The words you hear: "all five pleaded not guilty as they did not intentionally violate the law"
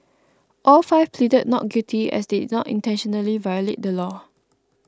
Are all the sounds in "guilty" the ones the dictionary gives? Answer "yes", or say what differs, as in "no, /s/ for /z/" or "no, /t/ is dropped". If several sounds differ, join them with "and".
no, /l/ is dropped